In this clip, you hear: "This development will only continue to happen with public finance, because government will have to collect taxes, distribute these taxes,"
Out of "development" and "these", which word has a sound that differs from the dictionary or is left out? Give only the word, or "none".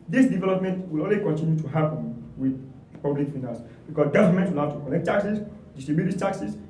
these